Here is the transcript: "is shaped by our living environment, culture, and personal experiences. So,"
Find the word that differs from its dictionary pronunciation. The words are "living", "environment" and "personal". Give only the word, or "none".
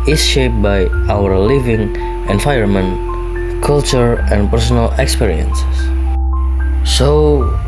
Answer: environment